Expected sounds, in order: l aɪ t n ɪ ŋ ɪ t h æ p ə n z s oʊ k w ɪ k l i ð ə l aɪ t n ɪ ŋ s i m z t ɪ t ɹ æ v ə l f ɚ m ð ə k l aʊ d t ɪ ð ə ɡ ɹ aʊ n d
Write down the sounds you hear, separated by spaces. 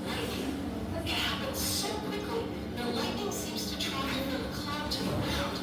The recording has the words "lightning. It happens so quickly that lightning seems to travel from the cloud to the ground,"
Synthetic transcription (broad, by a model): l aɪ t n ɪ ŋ ɪ t h æ p ə n z s oʊ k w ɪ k l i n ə l aɪ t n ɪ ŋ s i m z t ɪ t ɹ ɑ ə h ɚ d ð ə k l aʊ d t ɪ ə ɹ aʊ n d